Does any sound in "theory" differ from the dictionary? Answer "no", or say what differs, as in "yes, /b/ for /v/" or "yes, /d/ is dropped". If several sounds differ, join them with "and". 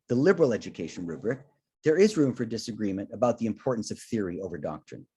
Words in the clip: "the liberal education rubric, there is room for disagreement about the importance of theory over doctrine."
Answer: no